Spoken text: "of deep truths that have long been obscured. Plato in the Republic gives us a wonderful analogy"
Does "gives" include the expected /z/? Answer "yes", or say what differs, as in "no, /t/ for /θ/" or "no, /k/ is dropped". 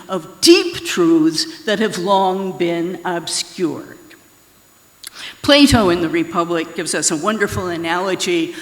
yes